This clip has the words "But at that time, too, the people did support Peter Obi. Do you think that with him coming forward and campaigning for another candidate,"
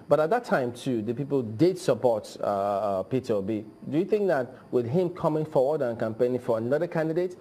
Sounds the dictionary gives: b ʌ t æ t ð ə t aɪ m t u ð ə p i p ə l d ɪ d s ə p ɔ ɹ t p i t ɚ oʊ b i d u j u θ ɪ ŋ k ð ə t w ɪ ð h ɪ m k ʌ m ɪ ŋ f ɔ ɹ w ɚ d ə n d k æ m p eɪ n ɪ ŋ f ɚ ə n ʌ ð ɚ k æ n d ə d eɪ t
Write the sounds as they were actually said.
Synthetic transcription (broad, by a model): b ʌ t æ t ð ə t aɪ m t u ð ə p i p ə l d ɪ d s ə p ɔ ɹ t p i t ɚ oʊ b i d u j u θ ɪ ŋ k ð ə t w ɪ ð h ɪ m k ʌ m ɪ ŋ f ɔ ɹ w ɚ d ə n k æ m p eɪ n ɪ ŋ f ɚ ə n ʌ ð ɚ k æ n d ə d eɪ t